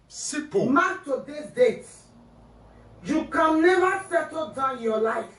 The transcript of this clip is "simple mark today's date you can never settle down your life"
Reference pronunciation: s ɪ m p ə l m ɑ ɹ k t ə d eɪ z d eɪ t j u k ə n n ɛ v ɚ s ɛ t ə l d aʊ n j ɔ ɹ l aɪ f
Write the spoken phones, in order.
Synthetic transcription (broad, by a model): s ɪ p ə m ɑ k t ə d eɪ s d eɪ t j u k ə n n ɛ v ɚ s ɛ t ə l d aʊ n j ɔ l aɪ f